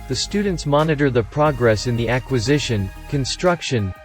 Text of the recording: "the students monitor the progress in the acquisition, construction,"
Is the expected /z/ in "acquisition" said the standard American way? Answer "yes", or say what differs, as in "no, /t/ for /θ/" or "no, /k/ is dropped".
yes